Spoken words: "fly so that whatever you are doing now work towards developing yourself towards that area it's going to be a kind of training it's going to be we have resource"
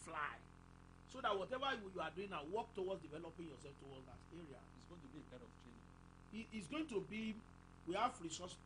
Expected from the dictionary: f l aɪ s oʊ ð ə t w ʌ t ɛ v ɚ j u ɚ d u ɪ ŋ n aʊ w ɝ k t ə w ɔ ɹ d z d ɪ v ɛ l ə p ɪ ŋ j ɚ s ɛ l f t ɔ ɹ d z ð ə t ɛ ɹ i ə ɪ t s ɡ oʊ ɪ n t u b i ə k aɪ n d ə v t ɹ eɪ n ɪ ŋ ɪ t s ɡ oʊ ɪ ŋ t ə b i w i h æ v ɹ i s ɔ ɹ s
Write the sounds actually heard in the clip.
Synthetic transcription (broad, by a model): f l aɪ s oʊ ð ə t w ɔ t ɛ v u j u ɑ d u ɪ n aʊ w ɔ k t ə w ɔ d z d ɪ v ɛ l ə p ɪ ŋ j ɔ s ɛ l f t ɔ l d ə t ɛ ɹ i ə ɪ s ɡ oʊ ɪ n t u b i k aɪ d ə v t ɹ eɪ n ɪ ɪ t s ɡ oʊ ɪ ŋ t ə b i w i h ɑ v ɹ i s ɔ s